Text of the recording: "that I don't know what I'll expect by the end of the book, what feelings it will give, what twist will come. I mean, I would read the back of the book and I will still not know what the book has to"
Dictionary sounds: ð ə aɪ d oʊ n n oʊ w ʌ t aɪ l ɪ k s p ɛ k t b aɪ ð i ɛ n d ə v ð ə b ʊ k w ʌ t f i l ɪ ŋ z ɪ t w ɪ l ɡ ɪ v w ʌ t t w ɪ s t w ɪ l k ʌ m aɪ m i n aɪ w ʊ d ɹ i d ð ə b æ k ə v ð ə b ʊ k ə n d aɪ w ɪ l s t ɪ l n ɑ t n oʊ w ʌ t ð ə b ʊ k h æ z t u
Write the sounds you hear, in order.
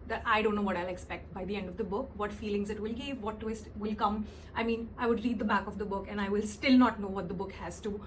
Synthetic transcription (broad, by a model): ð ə aɪ d oʊ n n oʊ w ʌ t aɪ l ɪ k s p ɛ k t b aɪ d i ɛ n d ə v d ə b ʊ k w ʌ t f i l ɪ ŋ z ɪ t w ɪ l ɡ ɪ v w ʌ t t w ɪ s t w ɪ l k ʌ m aɪ m i n aɪ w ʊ d ɹ i d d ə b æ k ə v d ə b ʊ k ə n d aɪ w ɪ l s t ɪ l n ɑ t n oʊ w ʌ t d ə b ʊ k h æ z t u